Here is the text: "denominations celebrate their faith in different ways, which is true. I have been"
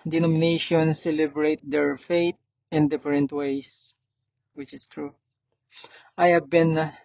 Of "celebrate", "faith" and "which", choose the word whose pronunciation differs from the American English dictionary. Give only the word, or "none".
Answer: faith